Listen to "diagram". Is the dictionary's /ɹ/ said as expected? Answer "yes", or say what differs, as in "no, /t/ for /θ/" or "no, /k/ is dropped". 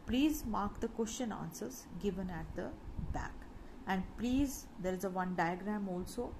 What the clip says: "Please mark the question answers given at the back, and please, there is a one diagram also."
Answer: yes